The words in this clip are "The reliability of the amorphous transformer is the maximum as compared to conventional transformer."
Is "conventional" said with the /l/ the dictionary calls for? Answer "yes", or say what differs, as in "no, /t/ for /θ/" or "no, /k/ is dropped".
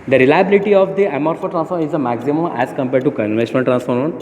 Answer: no, /n/ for /l/